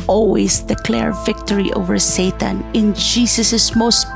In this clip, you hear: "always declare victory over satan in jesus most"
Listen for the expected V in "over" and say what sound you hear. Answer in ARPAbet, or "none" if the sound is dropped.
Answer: V